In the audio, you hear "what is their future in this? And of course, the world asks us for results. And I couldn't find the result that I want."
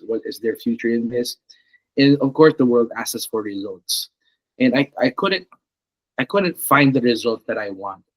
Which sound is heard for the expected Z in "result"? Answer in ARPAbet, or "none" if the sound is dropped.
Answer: Z